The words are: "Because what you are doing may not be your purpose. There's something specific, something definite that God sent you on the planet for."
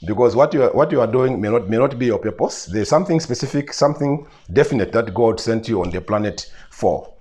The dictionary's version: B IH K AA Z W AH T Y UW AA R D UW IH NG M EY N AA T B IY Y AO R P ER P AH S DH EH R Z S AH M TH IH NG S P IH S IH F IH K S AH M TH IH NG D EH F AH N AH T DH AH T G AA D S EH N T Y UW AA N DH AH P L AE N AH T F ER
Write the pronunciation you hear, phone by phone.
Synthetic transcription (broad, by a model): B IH K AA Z W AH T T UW AA R D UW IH NG M EY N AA T B IY Y AO R P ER P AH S DH EH R Z S AH M TH IH NG S P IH S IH F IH K S AH M TH IH NG D EH F AH N AH T DH AH T G AA D S EH N T Y UW AA N DH AH P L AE N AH T F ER